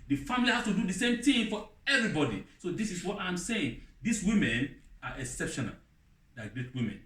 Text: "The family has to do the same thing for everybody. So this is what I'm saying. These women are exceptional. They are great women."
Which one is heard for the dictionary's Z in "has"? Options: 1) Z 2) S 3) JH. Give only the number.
2